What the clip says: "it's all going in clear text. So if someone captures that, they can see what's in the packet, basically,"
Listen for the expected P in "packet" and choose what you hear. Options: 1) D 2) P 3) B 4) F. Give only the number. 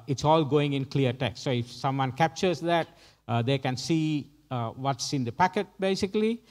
2